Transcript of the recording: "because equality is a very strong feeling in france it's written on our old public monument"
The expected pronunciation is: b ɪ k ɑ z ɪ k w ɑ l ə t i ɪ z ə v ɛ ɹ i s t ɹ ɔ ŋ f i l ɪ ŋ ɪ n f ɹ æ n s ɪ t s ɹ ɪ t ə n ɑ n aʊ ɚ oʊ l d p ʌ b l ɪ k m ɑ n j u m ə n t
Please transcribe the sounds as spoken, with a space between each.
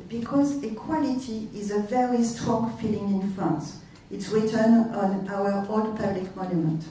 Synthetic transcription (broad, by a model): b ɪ k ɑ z ɪ k w ɑ l ə t i ɪ z ə v ɛ ɹ i s t ɹ ɔ ŋ f i l ɪ ŋ ɪ n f æ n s ɪ t s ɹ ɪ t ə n ɑ n aʊ ɚ oʊ l d p ʌ b l ɪ k m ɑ n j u m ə n t